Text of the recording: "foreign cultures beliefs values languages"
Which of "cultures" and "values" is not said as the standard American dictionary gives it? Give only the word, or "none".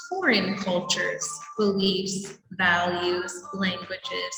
none